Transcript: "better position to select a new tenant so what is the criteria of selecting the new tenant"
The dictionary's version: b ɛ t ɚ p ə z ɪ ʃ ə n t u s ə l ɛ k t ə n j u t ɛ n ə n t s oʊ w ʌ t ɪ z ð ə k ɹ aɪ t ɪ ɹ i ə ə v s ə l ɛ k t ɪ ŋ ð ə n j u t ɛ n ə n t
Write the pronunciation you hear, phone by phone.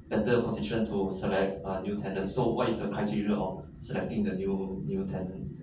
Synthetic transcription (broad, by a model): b ɛ t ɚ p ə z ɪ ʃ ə n t u s ə l ɛ k t ə n j u t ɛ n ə n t s oʊ w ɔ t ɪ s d ə k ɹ aɪ t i ɹ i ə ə f s ə l ɛ k t ɪ ŋ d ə n j u t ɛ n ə n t